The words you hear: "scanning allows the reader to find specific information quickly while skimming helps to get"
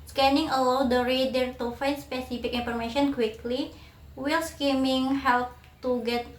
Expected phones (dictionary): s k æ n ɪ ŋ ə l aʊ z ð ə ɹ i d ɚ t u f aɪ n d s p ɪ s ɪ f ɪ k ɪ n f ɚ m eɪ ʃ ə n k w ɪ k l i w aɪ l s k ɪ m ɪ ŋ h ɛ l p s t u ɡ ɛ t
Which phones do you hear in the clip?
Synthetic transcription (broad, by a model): s k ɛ n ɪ ŋ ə l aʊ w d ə ɹ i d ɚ t u f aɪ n s p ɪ s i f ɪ k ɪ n f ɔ m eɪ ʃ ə n k w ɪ k l i w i l s k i m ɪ ŋ h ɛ l p t u ɡ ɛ t